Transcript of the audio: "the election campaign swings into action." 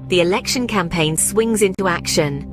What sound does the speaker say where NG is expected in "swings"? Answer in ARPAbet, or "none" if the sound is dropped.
NG